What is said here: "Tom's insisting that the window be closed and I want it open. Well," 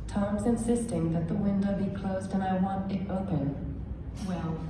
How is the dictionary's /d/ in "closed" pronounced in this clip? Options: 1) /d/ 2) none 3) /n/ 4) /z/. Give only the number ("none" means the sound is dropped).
1